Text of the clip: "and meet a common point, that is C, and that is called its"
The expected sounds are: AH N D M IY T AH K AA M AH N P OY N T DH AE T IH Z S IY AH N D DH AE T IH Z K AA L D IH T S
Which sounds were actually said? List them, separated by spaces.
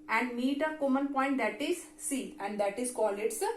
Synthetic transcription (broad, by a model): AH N D M IY T AH K AA M AH N P OY N T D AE T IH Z S IY AH N D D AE T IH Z K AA L IH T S